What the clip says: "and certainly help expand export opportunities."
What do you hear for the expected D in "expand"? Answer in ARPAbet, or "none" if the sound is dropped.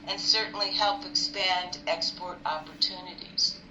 D